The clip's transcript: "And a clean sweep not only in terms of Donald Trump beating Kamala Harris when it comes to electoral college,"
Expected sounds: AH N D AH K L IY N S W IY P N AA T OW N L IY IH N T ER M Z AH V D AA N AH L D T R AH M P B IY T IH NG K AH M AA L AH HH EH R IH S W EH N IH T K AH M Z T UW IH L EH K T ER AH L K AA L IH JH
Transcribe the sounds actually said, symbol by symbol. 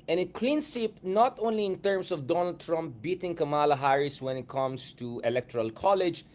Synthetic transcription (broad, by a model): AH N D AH K L IY N S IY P N AA T OW N L IY IH N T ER M S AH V D AA N AH L D T R AH M P B IY T IH NG K AH M AA L AH HH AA R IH S W EH N IH T K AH M S T UW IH L EH K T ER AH L K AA L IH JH